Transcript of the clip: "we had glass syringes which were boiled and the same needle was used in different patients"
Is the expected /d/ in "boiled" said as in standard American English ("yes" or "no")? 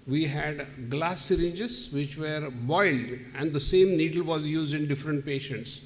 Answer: yes